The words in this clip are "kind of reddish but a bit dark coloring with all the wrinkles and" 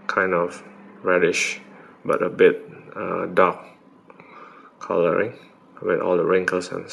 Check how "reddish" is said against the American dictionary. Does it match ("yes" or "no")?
yes